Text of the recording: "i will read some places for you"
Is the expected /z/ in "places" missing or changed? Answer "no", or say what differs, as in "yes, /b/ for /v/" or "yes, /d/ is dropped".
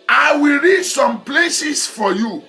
yes, /s/ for /z/